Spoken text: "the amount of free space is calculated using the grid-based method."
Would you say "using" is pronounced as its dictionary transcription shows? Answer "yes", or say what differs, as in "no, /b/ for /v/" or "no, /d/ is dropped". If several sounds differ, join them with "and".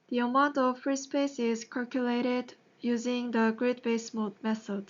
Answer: yes